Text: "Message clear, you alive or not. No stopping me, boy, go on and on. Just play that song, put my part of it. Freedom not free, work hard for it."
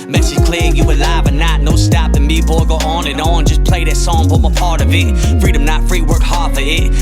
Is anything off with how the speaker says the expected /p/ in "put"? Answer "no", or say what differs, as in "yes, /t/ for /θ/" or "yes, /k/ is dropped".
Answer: yes, /f/ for /p/